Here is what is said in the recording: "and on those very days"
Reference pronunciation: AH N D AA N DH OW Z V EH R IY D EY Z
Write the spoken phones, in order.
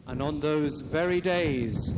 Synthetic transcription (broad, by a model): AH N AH N DH OW Z V EH R IY D EY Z